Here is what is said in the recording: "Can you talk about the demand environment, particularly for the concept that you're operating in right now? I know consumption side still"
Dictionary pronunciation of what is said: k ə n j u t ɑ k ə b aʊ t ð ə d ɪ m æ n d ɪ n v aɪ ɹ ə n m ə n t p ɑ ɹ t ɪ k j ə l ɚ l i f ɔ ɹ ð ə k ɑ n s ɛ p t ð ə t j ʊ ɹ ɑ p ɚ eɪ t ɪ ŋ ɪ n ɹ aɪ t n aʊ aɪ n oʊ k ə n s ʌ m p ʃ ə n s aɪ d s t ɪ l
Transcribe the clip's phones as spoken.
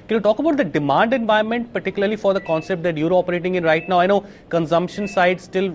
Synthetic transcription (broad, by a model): k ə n j u t ɑ k ə b aʊ t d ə d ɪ m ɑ n d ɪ n v aɪ ə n m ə n t p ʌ ɹ t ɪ k j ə l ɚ l i f ɔ ɹ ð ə k ɑ n s ɛ p t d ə t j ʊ ɹ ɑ p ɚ eɪ t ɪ ŋ ɪ n ɹ aɪ t n aʊ aɪ n oʊ k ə n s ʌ m p ʃ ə n s aɪ d s t ɪ l